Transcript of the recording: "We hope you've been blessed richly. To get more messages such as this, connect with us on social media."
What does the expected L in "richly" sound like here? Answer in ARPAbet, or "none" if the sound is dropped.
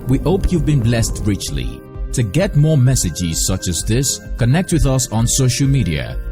L